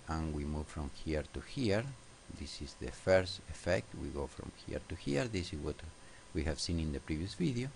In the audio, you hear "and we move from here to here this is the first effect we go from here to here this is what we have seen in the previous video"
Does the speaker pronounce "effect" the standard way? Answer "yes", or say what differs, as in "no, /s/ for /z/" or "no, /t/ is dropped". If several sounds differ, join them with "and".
yes